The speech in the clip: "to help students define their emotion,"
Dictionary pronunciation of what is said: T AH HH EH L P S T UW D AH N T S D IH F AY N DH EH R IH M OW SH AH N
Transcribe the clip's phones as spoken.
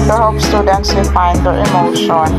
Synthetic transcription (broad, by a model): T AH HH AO P S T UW D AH N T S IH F AY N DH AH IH M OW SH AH N